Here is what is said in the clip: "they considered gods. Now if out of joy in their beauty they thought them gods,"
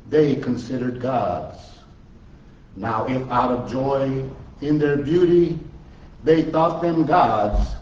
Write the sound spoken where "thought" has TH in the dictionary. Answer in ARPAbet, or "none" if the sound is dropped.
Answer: TH